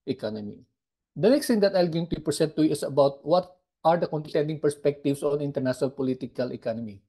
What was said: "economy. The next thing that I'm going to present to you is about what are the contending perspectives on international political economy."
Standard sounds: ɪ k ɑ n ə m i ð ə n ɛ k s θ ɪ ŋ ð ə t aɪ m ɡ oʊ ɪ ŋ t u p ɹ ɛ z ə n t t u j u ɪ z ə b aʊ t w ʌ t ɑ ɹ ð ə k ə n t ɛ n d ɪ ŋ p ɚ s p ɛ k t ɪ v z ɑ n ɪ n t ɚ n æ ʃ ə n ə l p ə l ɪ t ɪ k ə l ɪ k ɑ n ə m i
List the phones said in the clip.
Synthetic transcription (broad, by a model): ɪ k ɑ n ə m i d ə n ɛ k s t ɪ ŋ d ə t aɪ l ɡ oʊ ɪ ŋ t u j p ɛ s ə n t t u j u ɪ s ə b aʊ t w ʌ t ɑ ɹ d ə k ə n t ɛ n d ɪ ŋ p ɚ s p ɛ k t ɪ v s ɑ n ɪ n t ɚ n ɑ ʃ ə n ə l p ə l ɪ t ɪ k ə l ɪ k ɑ n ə m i